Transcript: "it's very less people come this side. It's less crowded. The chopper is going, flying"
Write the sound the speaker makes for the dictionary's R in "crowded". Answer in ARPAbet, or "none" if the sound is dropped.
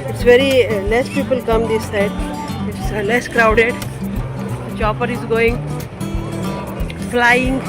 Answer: R